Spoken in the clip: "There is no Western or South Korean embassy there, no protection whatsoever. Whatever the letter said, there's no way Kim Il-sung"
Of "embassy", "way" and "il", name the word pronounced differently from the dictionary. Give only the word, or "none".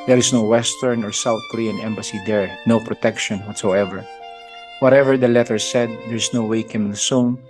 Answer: il